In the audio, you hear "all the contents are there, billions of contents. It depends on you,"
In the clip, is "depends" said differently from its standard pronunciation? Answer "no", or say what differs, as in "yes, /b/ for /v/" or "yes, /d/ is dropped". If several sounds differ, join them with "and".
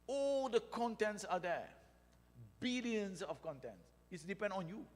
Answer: yes, /z/ is dropped